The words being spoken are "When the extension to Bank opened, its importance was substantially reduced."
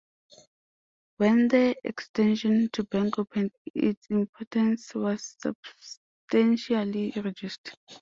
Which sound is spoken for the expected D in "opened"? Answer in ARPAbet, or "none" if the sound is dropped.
none